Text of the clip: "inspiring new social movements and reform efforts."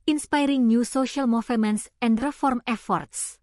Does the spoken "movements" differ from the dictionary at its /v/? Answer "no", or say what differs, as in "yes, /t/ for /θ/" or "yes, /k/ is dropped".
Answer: yes, /f/ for /v/